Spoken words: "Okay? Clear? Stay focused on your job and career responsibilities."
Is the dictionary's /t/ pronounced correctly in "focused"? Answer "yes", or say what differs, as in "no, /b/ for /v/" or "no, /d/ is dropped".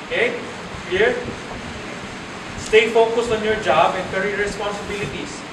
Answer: no, /t/ is dropped